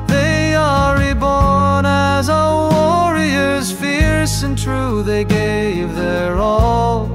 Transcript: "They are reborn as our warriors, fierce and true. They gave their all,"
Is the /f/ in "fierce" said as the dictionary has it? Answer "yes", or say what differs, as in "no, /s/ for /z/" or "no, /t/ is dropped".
yes